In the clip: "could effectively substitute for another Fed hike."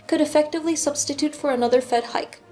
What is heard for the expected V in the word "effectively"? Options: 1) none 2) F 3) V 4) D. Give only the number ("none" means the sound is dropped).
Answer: 3